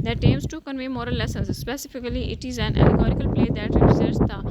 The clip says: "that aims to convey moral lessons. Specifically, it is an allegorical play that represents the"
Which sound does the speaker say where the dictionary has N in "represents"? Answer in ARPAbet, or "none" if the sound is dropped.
none